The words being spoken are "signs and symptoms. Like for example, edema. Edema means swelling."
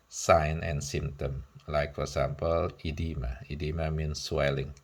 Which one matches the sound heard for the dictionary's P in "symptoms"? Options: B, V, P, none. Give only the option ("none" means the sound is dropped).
none